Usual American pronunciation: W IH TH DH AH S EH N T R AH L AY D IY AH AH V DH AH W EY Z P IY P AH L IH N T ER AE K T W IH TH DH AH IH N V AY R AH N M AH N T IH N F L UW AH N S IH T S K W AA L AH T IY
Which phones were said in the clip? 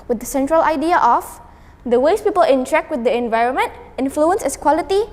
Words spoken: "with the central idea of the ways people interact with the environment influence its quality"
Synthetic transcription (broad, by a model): W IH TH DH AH S EH N T R AH L AY D IY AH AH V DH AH W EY S P IY P AH L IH N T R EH K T W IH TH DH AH IH N V AY R AH N M AH N T IH N F L UW AH N S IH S K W AA L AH T IY